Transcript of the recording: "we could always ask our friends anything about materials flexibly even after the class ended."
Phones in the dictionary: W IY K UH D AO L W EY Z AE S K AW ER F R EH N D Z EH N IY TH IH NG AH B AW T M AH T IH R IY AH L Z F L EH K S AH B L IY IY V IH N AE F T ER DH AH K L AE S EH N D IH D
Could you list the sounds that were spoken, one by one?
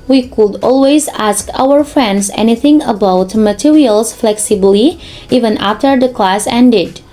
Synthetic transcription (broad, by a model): W IY K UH D AO L W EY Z AE S K AW ER F R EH N D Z EH N IY TH IH NG AH B AW T M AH T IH R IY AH L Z F L EH K S AH B L IY IY V IH N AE F T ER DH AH K L AE S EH N D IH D